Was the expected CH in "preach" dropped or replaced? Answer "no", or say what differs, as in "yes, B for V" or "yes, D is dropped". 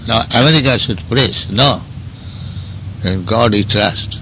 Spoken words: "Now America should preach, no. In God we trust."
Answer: yes, S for CH